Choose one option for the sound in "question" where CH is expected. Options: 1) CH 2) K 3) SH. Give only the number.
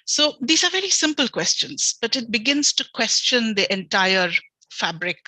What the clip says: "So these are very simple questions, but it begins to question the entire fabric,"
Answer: 1